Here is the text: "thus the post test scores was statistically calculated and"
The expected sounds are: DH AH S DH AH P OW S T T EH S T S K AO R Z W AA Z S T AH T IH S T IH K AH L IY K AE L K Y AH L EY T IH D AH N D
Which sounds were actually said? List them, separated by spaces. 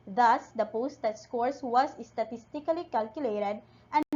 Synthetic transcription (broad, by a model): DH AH S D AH P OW S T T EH T S K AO R S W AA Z S T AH T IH S T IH K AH L IY K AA L K Y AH L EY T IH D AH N